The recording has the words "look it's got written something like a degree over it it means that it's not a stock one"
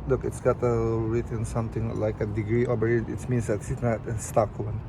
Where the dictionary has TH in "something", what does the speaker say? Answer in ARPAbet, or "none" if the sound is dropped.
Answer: T